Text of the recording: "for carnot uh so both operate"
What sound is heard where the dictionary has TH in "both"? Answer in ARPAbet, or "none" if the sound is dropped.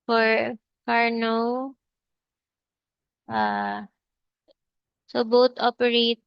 T